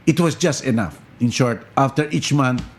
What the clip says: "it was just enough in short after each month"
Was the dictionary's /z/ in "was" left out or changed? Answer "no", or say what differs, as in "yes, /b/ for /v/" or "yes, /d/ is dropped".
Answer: yes, /s/ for /z/